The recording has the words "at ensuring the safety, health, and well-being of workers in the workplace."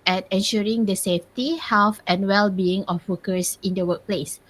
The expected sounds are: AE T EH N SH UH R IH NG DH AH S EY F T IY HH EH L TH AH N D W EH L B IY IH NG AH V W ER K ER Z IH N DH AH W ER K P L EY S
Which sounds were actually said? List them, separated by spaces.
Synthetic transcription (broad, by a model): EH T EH N SH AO R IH NG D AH S EY F T IY HH EH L F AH N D W EH L B IY IH NG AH F W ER K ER S IH N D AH W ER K P L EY S